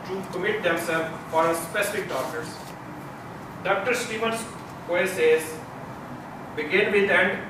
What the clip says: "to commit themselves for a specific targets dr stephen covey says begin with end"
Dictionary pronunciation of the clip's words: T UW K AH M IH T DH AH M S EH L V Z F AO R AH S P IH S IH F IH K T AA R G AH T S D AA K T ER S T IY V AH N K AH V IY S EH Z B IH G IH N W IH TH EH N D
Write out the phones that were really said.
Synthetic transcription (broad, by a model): T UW K AH M IH T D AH M S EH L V F AO R AH S P IH S IH F IH K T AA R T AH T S D AA K T ER S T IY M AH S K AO IY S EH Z B IH G IH N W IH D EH N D